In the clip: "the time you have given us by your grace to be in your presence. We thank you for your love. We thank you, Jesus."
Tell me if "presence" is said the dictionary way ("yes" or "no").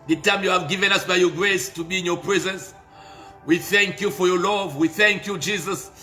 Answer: yes